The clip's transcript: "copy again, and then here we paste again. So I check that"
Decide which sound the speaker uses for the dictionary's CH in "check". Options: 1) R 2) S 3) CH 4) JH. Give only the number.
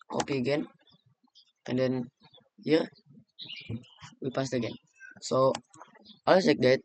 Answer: 2